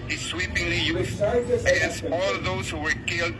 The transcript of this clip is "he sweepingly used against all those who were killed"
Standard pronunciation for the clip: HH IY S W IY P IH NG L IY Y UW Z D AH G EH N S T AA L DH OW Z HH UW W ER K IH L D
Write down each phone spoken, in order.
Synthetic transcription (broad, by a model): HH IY S W IY P IH NG L IY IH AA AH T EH S AA L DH OW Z HH UW W ER K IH L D